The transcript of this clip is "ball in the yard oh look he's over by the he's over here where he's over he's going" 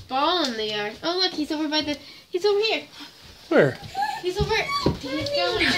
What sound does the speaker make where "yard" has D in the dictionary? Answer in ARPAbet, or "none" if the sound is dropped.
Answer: none